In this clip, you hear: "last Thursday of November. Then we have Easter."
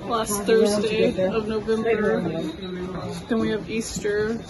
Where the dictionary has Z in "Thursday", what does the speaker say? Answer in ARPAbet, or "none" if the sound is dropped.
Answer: Z